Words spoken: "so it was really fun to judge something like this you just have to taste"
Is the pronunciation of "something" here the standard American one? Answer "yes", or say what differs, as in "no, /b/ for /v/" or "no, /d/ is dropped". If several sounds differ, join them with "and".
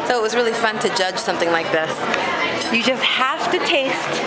yes